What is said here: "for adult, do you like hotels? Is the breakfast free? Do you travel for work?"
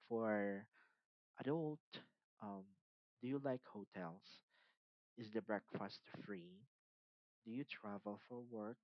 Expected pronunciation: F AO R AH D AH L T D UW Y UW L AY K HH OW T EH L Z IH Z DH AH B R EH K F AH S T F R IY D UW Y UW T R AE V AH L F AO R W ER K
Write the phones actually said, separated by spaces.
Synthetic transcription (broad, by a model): F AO R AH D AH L T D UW Y UW L AY K HH OW T EH L S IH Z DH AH B R EH K F AH S T F R IY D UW Y UW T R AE V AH L F AO R W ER K